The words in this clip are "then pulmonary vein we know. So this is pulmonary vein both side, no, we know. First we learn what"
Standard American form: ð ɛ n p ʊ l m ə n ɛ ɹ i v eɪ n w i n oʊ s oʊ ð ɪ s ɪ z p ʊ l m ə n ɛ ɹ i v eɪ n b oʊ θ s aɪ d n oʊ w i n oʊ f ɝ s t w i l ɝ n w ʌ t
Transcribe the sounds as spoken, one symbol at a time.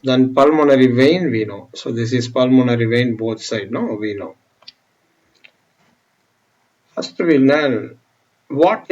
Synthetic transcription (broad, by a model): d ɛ n p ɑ l m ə n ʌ ɹ i v eɪ n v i n oʊ s oʊ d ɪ s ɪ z p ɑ l m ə n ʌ ɹ i v eɪ n b oʊ t s aɪ d n oʊ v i n oʊ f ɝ s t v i n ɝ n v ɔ t